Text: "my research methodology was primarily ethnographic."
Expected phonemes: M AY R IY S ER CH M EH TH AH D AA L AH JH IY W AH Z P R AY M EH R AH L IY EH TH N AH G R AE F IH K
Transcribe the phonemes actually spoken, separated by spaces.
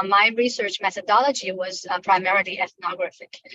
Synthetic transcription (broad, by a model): M AY R IY S ER CH M EH TH AH D AA L AH JH IY W AH Z P R AY M EH R AH L IY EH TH N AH G R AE F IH K